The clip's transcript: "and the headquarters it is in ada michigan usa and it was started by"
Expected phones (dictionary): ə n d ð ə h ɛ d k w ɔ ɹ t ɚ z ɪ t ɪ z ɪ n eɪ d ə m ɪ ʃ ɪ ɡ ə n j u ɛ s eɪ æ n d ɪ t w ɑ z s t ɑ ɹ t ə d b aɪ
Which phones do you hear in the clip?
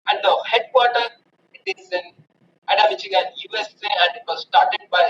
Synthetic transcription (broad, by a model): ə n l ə h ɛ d k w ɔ t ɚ ɪ t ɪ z ɪ n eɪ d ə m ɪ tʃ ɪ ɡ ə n j u ɛ s eɪ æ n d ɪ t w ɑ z s t ɑ ɹ t ə d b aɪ